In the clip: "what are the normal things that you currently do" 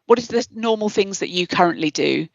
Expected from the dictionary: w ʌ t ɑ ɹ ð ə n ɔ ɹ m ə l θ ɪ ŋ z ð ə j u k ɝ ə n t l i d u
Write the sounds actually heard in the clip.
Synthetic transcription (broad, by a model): w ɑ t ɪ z ð ə n ɔ m ə l θ ɪ ŋ z ð ə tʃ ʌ k ɝ ə n t l i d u